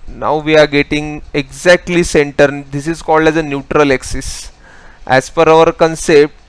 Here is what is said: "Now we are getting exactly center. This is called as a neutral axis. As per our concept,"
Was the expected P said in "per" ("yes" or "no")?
no